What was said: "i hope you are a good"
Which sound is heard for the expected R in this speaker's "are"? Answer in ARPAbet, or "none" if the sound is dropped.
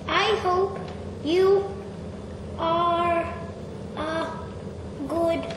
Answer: R